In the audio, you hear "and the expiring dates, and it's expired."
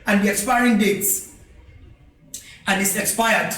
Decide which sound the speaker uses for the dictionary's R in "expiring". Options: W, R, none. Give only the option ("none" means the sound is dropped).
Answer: R